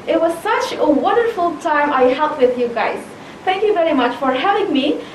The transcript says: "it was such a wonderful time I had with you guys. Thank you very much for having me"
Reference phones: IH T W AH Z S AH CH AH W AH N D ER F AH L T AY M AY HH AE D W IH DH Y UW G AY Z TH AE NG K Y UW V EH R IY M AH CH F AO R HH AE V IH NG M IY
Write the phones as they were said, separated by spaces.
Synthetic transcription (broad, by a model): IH T W AH Z S AH CH AH W AH N D ER F AH L T AY M AY HH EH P W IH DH Y UW G AY Z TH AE NG K Y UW V EH R IY M AH CH F AO R HH AE V IH NG M IY